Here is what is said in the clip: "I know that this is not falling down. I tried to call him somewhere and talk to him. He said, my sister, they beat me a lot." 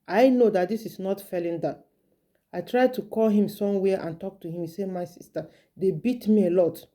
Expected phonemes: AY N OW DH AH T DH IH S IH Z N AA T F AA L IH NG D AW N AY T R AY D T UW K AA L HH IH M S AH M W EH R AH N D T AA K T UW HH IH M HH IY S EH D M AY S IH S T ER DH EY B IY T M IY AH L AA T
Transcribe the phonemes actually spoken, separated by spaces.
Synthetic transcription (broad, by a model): AY N OW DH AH T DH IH S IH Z N AA T F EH L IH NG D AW AY T R AY D T UW K AA L HH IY M S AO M W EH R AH N T AA K T UW HH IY M S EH M AY S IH S T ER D EY B IY T M IY AH L AA T